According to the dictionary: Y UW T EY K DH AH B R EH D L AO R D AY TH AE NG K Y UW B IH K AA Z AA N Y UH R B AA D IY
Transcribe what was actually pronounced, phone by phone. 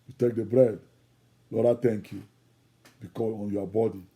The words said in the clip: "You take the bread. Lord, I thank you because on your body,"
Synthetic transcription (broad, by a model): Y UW T EY K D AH B R EH D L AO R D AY T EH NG K Y UW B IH K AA AA N Y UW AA B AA D IY